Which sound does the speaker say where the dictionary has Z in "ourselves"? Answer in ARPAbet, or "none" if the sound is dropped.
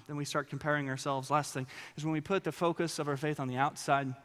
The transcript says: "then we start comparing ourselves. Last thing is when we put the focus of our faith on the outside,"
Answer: Z